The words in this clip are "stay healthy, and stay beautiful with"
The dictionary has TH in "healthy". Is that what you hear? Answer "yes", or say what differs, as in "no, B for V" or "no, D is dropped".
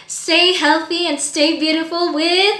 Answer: yes